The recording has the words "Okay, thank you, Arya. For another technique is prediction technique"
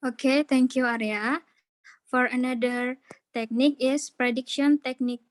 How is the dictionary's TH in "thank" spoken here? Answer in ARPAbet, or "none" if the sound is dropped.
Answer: T